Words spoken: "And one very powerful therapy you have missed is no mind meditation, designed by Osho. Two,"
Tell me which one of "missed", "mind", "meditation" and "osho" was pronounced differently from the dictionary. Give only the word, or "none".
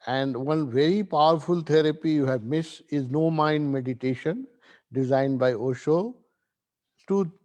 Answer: missed